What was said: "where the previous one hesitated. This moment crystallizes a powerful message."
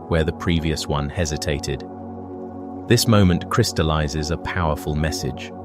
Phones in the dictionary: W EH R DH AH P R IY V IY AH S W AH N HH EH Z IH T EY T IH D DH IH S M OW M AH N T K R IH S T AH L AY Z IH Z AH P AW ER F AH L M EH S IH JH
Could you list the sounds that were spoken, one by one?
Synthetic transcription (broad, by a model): W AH R DH AH P R IY V IY AH S W AH N HH EH Z IH T EY T IH D DH IH S M OW M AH N K R IH S T AH L AY Z IH Z AH P AW ER F AH L M EH S IH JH